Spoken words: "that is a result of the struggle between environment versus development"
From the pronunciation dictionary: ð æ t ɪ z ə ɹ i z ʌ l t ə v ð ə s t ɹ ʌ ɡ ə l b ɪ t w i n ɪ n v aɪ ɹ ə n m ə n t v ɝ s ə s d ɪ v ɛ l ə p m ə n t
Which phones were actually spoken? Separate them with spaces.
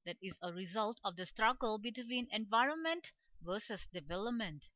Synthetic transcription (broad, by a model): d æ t ɪ z ə ɹ i z ʌ l t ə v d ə s t ɹ ʌ ɡ ə l b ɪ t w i n ɪ n v aɪ ɹ ə n m ə n t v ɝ s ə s d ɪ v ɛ l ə p m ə n t